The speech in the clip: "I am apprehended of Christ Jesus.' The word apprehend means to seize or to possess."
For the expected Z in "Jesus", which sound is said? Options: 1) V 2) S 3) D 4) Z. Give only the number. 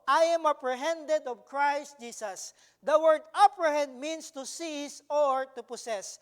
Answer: 2